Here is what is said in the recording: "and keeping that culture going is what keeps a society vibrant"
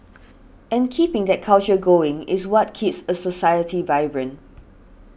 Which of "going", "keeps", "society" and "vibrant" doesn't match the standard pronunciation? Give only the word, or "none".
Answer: vibrant